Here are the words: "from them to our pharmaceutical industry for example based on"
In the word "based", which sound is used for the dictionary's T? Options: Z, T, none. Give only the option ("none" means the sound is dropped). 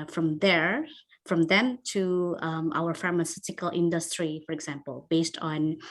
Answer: T